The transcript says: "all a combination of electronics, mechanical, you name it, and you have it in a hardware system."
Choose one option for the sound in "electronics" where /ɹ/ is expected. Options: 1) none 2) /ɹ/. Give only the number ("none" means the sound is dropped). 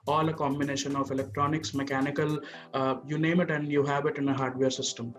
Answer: 2